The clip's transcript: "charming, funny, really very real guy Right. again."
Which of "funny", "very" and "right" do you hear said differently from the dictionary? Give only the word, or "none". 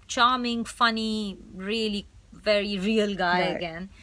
right